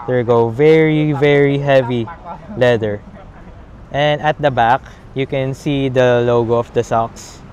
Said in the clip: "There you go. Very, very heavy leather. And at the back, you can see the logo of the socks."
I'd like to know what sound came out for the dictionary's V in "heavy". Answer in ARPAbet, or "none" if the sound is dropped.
V